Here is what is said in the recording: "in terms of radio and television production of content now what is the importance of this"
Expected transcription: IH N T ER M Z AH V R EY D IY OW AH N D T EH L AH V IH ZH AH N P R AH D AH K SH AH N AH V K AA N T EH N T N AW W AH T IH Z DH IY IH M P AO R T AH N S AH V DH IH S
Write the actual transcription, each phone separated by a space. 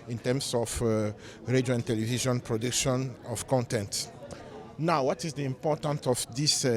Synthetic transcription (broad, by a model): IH N T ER M S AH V R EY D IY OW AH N T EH L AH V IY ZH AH N P R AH D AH K SH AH N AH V K AA N T EH N T N AW W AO T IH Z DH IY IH M P AO T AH N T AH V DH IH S